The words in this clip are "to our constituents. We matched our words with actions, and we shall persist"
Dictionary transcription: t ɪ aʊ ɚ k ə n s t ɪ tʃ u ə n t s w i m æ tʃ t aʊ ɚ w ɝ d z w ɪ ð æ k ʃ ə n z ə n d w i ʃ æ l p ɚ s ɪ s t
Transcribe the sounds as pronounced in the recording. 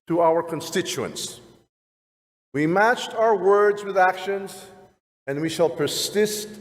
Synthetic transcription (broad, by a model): t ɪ aʊ ɚ k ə n s t ɪ tʃ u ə n s w i m æ tʃ t aʊ ɚ w ɝ d z w ɪ ð æ k ʃ ə n z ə n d w i ʃ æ l p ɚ s ɪ s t